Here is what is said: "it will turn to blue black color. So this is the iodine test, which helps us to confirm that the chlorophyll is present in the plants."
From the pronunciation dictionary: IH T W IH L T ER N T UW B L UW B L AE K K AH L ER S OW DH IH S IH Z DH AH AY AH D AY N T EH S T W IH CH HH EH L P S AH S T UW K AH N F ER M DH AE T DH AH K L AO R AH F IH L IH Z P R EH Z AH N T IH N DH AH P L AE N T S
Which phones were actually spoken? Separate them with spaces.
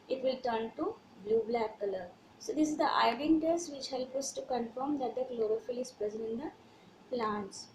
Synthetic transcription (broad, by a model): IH T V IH L T ER N T UW B L UW B L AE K K AH L ER S OW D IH S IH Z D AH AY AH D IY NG T EH S T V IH CH HH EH L P AH S T UW K AH N F ER M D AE T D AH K L AO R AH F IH L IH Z P R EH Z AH N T IH N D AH P L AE N T S